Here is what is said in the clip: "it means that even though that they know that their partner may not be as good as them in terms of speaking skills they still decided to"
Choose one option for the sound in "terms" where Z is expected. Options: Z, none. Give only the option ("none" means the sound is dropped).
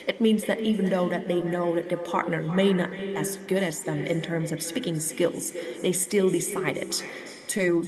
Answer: Z